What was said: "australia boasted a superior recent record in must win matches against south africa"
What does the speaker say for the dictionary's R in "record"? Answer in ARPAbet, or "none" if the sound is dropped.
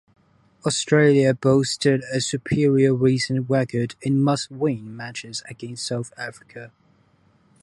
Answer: W